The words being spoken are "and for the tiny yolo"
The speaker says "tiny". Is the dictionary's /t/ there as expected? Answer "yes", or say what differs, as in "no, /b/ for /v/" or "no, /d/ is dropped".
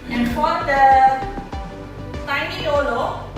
no, /s/ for /t/